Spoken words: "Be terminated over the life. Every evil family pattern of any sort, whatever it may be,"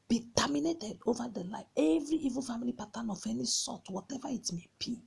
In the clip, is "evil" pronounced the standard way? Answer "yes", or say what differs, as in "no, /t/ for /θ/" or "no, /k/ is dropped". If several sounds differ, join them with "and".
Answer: yes